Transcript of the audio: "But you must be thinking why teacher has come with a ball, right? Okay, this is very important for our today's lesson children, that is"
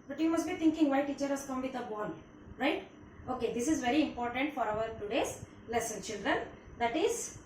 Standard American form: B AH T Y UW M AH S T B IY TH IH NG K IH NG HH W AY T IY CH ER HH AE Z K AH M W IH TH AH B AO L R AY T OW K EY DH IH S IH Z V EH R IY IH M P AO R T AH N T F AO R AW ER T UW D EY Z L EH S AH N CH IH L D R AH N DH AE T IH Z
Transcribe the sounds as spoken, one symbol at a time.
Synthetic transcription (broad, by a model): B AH T Y UW M AH S T B IY T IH NG K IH NG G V AY T IY CH ER HH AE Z K AH M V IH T AH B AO N R AY T OW K EY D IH S IH Z V EH R IY IH M P AO R T AH N T F AO R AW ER T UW D EY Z L EH S AH N CH IH L D R AH N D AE T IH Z